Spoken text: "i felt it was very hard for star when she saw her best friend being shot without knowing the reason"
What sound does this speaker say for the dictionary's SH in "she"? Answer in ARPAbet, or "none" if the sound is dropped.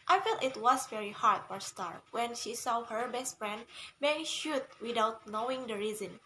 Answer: SH